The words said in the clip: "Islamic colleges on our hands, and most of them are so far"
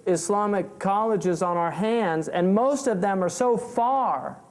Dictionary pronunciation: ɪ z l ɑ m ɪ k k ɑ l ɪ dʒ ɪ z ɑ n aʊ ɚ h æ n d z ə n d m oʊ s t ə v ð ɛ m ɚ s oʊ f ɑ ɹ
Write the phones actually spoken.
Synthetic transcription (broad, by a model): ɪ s l ɑ m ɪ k k ɑ l ɪ dʒ ɪ z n aʊ ɚ h æ n d z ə n m oʊ s t ə v ð ɛ m ɚ s oʊ f ɑ ɹ